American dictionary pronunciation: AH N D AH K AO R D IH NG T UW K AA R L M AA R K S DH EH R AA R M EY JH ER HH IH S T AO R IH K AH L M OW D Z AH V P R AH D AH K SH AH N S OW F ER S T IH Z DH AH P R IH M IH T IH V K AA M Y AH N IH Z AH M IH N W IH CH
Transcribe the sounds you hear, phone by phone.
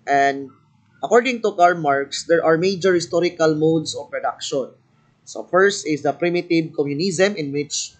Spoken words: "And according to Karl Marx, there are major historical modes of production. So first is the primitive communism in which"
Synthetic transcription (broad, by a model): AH N D AH K AO R D IH NG T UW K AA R M AA R K S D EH R AA R M EY JH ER HH IH S T AO R IH K AH L M OW D S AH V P R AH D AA K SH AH N S OW F ER S T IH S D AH P R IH M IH T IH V K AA M Y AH N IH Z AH M IH N W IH CH